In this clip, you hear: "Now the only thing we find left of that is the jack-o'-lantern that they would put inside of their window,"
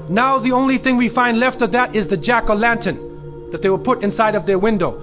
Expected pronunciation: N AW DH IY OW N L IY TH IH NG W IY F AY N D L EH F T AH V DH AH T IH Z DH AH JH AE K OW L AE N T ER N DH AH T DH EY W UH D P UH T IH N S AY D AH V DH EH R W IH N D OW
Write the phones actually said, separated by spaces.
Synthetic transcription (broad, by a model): N AW DH IY OW N L IY TH IH NG W IY F AY N D L EH F T AH V DH AH T IH Z DH AH JH AE K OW L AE N T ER N DH AH T DH EY W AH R P UH T IH N S AY D AH V DH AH R W IH N D OW